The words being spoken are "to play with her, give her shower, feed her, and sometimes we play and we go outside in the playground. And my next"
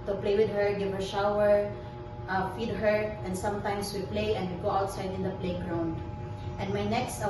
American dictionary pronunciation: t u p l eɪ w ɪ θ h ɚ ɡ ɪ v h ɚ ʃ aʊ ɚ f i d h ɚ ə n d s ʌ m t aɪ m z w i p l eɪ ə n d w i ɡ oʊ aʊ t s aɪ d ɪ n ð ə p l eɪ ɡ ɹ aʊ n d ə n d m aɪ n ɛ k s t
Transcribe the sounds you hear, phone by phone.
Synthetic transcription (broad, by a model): t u p l eɪ w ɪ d h ɚ ɡ ɪ v h ɚ ʃ aʊ ɚ f i d h ɚ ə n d s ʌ m t aɪ m s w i p l eɪ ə n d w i ɡ oʊ aʊ t s aɪ d ɪ n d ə p l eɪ ɡ ɹ aʊ n d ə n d m aɪ n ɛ k s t